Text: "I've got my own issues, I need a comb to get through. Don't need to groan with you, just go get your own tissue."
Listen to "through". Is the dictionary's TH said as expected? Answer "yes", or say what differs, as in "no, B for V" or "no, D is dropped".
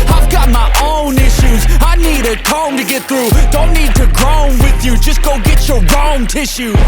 yes